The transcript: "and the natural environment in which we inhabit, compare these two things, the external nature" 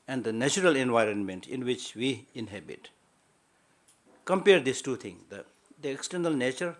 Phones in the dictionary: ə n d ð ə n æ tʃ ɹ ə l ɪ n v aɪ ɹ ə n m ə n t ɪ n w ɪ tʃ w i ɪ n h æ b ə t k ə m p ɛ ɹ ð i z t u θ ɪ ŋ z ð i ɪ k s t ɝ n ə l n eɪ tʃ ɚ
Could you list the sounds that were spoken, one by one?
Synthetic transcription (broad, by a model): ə n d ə n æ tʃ ɹ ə l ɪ n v aɪ ɹ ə n m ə n t ɪ n w ɪ tʃ w i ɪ n h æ b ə t k ə m p ɛ ɹ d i s t u t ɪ ŋ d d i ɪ k s t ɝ n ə l n eɪ tʃ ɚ